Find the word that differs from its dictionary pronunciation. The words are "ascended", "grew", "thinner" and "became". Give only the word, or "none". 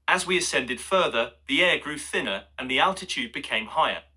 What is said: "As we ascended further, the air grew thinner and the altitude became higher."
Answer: none